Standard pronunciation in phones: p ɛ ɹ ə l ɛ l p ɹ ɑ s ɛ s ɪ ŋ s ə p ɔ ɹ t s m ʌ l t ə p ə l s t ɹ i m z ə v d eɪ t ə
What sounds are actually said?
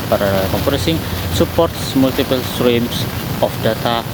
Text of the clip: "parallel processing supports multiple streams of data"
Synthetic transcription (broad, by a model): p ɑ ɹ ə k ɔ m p u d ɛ s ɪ ŋ s ə p ɔ ɹ t s m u l t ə p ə l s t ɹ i m s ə f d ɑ t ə